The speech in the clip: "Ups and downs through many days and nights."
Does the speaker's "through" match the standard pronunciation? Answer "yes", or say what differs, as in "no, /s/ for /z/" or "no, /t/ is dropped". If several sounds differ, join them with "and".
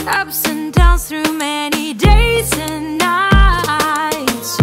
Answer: yes